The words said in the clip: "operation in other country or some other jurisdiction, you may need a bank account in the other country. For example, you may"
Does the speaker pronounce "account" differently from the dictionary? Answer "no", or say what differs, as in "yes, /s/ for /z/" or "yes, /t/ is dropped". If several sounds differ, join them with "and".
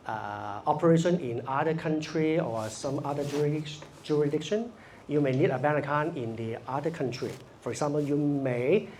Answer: yes, /t/ is dropped